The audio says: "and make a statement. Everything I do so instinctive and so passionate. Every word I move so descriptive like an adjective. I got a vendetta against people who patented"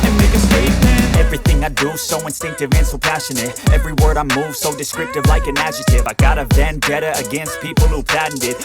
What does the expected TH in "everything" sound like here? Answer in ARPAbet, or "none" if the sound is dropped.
TH